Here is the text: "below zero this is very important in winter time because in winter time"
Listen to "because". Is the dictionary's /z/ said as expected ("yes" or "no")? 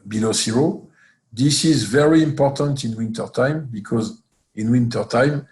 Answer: yes